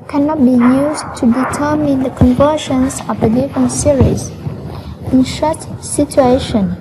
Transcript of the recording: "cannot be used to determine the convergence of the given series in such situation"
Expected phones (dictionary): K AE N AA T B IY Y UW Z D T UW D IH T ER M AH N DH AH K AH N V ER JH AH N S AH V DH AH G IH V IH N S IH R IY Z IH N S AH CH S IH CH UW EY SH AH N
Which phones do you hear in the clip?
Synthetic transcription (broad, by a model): K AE N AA T B IY Y UW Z T UW D IH T ER M AH N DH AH K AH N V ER SH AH N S AH V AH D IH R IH N S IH R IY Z IH N SH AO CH S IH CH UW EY SH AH N